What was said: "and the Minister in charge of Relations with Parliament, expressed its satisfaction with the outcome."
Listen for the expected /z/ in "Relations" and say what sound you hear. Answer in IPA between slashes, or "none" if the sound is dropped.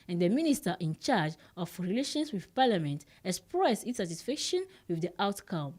/s/